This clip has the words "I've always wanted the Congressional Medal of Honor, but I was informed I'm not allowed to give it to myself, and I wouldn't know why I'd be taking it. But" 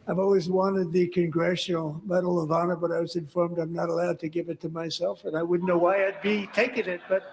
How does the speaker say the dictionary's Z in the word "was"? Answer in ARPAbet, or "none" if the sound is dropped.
Z